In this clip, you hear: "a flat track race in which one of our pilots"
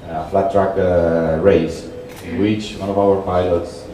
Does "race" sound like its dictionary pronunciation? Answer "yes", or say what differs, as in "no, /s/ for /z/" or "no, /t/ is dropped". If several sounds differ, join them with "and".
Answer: no, /s/ is dropped